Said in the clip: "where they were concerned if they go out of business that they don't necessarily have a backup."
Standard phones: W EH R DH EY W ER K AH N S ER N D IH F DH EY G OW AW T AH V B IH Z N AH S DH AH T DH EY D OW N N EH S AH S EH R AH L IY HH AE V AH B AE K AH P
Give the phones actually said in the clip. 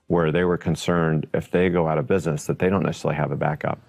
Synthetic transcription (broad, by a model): W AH R DH EY W ER K AH N S ER N D IH F DH EY G OW AW T AH V B IH Z N AH S DH AH T DH EY D OW N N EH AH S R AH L IY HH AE V AH B AE K AH P